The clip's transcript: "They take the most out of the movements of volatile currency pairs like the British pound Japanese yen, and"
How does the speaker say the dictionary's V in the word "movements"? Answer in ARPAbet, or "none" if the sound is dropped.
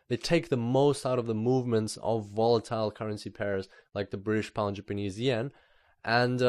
V